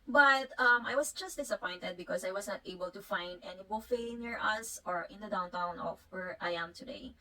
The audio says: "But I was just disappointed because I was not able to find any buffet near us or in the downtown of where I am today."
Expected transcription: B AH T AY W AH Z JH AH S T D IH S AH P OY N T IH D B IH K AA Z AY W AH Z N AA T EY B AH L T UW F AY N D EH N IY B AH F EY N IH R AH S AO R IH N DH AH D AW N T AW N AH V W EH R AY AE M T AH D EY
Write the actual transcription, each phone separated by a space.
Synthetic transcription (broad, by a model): B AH T AY W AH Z JH AH S T D IH S AH P OY N T IH D B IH K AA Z AY W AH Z N AA T EY B AH L T UW F AY N D EH N IY B AH F EY N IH R AH S AO R IH N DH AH D AW N T AW N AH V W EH R AY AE M T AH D EY